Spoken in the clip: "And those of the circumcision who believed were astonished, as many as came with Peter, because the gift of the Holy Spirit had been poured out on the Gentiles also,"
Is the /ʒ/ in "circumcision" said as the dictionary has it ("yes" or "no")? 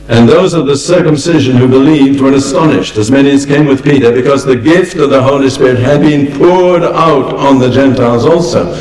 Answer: yes